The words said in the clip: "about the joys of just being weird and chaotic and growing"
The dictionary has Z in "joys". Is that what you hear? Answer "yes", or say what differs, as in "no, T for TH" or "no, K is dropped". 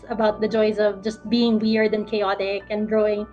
yes